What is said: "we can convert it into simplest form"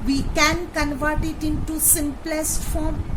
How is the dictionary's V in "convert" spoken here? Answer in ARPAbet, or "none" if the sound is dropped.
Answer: V